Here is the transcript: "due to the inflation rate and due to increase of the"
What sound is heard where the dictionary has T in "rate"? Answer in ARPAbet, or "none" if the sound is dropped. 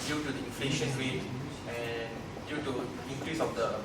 none